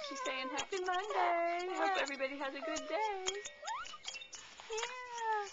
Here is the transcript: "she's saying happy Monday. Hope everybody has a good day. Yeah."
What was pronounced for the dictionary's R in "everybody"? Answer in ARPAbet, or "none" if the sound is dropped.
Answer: R